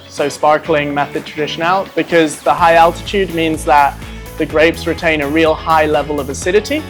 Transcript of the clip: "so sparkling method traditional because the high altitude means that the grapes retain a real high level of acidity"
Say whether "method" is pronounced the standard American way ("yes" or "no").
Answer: yes